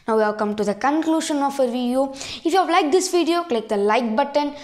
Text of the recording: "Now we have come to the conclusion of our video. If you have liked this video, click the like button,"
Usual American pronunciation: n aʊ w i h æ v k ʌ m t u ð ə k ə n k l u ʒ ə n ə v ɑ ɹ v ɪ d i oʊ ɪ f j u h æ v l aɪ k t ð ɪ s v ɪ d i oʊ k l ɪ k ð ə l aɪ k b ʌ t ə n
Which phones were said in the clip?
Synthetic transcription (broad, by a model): n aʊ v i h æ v k ʌ m t u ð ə k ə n k l u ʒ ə n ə f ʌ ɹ v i d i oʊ ɪ f j u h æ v l aɪ k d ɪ s v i d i oʊ k l ɪ k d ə l aɪ k b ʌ t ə n